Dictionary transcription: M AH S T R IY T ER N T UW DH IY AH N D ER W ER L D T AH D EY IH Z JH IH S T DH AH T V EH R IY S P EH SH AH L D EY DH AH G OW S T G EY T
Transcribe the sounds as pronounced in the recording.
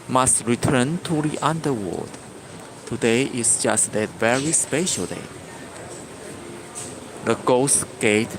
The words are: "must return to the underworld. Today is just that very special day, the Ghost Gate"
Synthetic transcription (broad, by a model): M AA S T R IY T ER N T UW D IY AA N D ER W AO D T AH D EY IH S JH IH S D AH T V EH R IY S P EH SH AH L D EY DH AH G OW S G EY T